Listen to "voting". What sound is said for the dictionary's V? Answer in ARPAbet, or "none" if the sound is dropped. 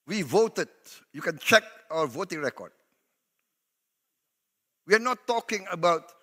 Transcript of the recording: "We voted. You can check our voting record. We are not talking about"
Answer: V